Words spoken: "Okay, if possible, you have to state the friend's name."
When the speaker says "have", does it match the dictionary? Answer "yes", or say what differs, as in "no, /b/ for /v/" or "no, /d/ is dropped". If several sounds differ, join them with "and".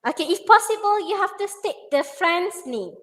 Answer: no, /f/ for /v/